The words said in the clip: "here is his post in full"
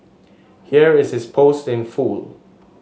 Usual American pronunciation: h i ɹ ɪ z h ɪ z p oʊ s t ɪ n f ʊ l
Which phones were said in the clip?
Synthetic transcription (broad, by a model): h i ɹ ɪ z h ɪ s p oʊ s t ɪ n f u l